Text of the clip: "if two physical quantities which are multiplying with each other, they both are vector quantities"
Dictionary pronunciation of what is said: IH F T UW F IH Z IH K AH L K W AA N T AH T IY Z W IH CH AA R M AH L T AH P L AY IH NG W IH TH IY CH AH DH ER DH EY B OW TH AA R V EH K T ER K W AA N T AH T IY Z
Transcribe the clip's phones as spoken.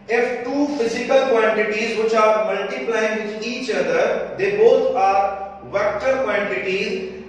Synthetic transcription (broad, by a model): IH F T UW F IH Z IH K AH L K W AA N T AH T IY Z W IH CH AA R M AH L T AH P L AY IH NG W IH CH IY CH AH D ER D EY B OW T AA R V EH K T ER K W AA N T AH T IY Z